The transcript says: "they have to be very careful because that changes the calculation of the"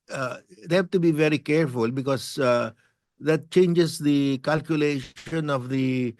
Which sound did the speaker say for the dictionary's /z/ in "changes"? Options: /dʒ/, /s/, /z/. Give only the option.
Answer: /s/